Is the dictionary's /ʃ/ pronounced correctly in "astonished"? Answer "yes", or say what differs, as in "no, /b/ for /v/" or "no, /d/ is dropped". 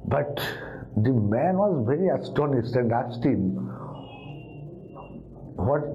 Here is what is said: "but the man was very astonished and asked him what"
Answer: no, /s/ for /ʃ/